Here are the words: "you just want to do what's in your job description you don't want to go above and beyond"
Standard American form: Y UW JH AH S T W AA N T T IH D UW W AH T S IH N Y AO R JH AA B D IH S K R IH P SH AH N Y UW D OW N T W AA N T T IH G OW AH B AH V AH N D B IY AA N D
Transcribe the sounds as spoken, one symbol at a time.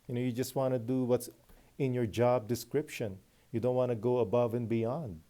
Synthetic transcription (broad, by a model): Y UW JH AH S T W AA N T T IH D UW W AH T S IH N Y AO R JH AA B D IH S K R IH P SH AH N Y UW D OW N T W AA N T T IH G OW AH B AH V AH N B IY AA N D